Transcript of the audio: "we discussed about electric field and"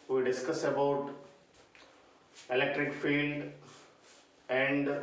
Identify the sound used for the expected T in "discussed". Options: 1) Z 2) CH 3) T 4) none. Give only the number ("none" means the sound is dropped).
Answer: 4